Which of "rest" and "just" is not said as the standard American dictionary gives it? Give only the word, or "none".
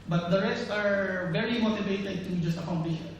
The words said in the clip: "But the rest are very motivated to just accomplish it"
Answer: none